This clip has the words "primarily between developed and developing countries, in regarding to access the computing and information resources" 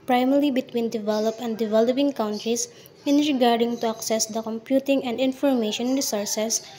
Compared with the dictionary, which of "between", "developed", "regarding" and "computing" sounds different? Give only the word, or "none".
developed